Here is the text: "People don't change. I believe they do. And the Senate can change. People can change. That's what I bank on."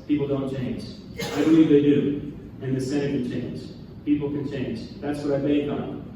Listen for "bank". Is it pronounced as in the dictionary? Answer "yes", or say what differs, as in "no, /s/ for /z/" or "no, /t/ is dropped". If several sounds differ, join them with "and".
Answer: no, /ŋ/ is dropped